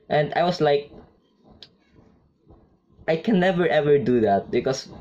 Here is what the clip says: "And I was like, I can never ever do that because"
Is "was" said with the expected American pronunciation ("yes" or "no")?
no